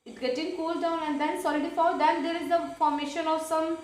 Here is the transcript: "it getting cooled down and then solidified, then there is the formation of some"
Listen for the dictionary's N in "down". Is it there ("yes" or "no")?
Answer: yes